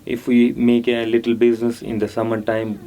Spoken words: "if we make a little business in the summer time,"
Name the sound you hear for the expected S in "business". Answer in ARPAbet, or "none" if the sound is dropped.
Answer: S